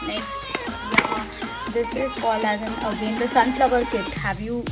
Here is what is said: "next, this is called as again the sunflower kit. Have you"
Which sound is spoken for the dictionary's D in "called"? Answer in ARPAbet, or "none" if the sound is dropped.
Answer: none